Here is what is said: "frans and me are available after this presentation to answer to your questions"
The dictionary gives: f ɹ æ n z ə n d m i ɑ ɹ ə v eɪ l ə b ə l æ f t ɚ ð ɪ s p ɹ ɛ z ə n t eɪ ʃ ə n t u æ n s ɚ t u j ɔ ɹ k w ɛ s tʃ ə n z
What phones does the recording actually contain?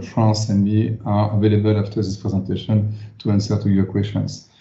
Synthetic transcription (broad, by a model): f ɹ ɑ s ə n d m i ɑ ɹ ə v eɪ l ə b ə l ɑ f t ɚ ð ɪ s p ɹ ɛ z ə n t eɪ ʃ ə n t u æ n s ɚ t u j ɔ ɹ k w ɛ s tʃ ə n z